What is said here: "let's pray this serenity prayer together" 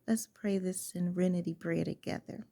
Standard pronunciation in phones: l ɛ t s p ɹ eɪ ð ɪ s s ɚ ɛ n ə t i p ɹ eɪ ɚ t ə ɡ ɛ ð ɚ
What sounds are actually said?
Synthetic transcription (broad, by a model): l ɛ t s p ɹ eɪ ð ɪ s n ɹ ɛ n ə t i b ɹ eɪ t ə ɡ ɛ ð ɚ